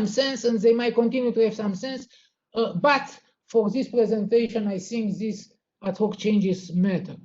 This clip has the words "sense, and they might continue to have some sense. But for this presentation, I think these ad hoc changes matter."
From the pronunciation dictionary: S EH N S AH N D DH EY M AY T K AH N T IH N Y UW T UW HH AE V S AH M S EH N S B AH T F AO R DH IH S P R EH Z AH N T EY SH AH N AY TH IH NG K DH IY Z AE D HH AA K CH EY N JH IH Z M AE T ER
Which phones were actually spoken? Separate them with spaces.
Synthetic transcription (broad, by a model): S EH N S AH N D DH EY M AY T K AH N T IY N Y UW T UW HH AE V S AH M S EH N S B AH T F AO R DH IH S P R EH Z AH N T EY SH AH N AY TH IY NG K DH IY S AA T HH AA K CH EY N JH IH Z M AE T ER